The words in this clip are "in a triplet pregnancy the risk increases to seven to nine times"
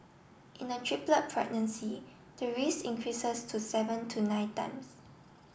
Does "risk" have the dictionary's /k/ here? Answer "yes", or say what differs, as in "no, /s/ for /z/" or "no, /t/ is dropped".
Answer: no, /k/ is dropped